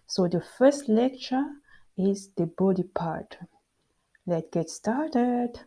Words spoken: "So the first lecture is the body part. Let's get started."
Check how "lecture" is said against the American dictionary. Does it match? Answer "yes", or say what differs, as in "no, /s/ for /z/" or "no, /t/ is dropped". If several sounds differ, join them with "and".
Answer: yes